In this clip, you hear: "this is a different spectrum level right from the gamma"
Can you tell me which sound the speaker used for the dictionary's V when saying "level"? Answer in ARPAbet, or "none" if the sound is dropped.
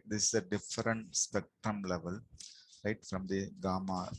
V